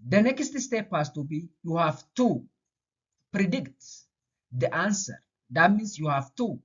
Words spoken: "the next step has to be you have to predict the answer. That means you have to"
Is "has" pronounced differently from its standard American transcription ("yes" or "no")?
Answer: yes